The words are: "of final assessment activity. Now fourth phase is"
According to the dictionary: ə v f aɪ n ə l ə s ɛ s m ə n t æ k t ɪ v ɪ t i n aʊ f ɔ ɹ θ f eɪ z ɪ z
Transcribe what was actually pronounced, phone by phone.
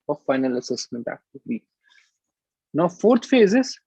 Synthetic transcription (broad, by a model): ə f aɪ n ə l ə s ɛ s m ə n t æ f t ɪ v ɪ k n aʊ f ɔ ɹ t f eɪ z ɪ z